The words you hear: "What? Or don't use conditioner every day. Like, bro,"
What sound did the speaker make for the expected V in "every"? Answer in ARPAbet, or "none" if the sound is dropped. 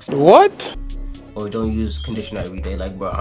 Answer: none